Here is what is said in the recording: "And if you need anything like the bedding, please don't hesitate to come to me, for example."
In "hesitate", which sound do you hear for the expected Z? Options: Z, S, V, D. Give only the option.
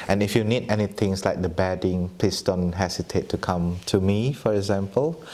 S